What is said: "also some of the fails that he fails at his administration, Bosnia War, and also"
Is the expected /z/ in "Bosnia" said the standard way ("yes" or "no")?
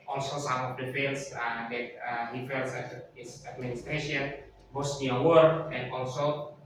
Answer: no